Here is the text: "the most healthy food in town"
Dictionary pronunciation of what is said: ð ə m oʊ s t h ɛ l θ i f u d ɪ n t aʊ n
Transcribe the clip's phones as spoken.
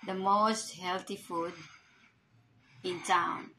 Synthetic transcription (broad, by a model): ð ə m oʊ s t h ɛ l t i f u d ɪ n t aʊ n